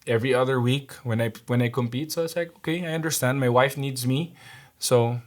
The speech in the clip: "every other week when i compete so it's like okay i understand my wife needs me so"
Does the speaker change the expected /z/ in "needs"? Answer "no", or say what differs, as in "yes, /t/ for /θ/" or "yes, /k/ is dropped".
no